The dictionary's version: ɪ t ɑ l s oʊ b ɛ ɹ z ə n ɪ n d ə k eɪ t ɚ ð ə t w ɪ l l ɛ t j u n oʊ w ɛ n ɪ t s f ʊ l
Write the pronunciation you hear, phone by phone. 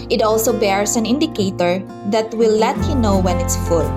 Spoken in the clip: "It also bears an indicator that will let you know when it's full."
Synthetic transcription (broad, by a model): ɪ t ɑ l s oʊ b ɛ ɹ s ə n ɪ n d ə k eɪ t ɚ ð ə t w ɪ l l ɛ t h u n oʊ w ɛ n ɪ t s f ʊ l